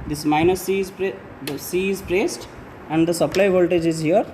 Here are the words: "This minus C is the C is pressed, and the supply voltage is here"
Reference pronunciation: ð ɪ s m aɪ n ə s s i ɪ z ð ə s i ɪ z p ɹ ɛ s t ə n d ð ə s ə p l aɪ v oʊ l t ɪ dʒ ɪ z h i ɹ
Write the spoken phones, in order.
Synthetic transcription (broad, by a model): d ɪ s m aɪ n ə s s i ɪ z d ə s i ɪ z p ɹ ɛ s t ə n d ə s ə p l aɪ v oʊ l t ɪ dʒ ɪ z h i ɹ